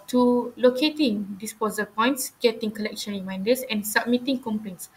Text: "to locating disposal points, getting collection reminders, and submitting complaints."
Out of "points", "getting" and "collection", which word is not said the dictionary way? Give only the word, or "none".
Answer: none